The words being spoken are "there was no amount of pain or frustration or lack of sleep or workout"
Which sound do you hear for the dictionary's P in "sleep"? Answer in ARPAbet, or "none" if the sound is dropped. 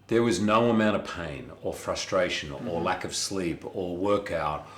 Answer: P